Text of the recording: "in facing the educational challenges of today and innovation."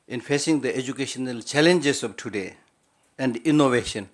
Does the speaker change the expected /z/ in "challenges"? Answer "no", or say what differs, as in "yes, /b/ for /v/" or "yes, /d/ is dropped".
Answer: yes, /s/ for /z/